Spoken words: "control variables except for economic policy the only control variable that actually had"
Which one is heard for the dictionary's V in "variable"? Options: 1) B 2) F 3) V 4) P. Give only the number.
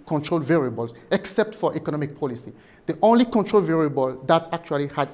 3